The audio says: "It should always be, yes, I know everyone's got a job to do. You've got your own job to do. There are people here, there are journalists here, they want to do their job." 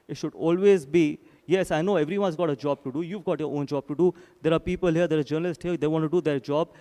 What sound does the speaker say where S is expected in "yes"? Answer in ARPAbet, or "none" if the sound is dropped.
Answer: S